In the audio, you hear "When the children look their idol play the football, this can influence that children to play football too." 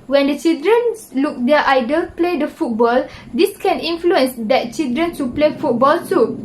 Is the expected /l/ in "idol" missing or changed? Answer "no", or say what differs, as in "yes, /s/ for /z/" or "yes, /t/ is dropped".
no